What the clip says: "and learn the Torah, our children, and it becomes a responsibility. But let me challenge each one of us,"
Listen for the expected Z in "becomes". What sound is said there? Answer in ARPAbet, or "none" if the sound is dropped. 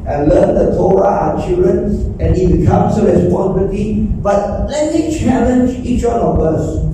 S